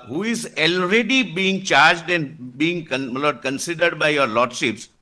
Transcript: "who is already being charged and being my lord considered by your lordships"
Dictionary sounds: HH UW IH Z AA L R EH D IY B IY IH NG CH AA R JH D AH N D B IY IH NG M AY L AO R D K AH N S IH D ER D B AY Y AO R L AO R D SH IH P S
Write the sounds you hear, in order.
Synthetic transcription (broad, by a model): HH UW IH Z AA L R EH D IY B IY IH NG CH AA R JH D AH N B IY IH NG M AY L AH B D K AH N S IH D ER D B AY Y AO R L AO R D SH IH P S